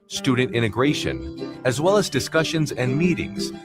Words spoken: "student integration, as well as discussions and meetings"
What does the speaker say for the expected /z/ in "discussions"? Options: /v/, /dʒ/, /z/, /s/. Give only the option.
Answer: /z/